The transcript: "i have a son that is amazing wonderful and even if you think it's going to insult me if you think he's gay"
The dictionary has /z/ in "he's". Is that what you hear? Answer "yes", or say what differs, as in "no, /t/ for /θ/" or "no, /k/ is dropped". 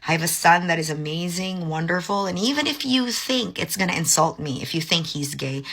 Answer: yes